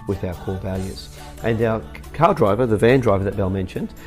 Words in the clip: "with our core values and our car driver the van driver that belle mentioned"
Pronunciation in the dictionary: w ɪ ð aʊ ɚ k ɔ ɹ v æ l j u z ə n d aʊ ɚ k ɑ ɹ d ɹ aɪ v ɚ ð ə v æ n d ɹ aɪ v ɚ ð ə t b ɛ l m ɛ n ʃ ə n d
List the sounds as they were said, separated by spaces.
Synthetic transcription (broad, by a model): w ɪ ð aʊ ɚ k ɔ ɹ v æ l j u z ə n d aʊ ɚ k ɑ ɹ d ɹ aɪ v ɚ ð ə v æ n d ɹ aɪ v ɚ ð ə t b ɛ l m ɛ n ʃ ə n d